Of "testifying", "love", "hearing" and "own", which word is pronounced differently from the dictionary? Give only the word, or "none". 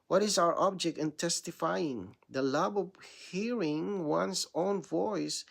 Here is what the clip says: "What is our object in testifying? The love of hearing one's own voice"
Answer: love